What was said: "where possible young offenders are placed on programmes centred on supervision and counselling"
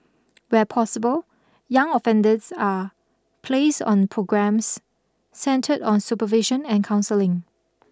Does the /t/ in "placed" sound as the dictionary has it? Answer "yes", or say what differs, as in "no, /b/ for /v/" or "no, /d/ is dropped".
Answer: no, /t/ is dropped